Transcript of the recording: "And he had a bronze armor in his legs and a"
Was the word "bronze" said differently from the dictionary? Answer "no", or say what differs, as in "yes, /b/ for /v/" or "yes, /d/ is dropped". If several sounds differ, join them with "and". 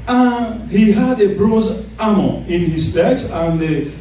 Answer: yes, /n/ is dropped